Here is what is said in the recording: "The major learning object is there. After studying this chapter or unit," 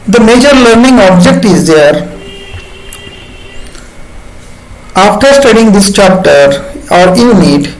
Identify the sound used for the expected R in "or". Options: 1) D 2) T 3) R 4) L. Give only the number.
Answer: 3